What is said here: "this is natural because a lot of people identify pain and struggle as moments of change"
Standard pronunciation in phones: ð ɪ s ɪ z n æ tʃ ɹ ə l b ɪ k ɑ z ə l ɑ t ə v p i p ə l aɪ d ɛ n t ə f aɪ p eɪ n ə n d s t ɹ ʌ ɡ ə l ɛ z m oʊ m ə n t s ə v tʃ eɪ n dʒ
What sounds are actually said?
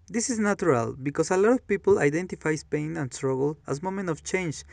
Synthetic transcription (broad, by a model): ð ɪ s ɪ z n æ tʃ ɹ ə l b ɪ k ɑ s ə l ɑ t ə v p i p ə l aɪ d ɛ n t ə f aɪ p eɪ n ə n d s t ɹ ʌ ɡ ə l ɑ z m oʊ m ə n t ə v tʃ eɪ n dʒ